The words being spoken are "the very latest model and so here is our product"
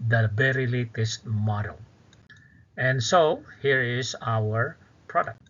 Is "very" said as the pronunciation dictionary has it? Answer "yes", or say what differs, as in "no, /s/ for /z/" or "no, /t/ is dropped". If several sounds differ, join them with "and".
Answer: no, /b/ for /v/